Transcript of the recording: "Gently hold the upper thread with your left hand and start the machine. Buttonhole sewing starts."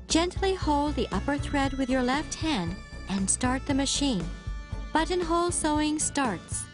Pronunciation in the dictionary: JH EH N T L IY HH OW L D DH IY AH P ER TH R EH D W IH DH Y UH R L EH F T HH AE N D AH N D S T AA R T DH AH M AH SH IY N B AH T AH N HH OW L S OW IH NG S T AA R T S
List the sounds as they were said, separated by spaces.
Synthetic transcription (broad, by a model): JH EH N T L IY HH OW L D DH IY AH P ER TH R EH D W IH DH Y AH R L EH F T HH AE N D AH N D S T AA R T DH AH M AH SH IY N B AH T AH N HH OW L S OW IH NG S T AA R T S